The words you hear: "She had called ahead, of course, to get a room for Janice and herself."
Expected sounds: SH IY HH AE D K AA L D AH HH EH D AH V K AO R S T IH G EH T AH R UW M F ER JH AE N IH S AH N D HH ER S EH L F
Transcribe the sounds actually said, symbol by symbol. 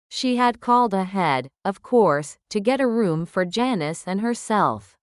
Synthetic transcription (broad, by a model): SH IY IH D K AA L D AH HH EH D AH V K AO R S T IH G EH T AH R UW M F ER JH AE N IH S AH N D HH ER S EH L F